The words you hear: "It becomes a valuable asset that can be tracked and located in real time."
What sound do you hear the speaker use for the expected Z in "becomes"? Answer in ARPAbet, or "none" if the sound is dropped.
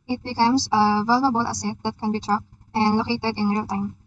S